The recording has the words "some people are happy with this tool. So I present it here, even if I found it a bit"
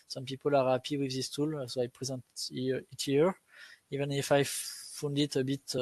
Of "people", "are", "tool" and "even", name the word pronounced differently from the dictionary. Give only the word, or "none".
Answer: none